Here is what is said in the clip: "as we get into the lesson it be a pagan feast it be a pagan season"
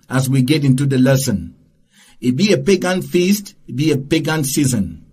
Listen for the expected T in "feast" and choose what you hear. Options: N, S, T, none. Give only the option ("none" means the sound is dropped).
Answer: T